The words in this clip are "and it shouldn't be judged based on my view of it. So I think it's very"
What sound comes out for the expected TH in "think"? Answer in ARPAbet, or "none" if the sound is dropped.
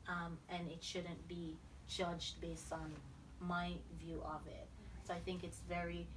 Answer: TH